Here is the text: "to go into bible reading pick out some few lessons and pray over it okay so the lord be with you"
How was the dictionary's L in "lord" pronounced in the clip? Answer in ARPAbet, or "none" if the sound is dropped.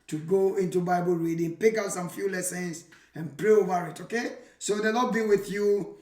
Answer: N